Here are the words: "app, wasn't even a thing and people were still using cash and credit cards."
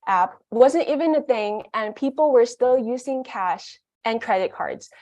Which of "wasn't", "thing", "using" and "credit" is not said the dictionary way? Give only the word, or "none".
none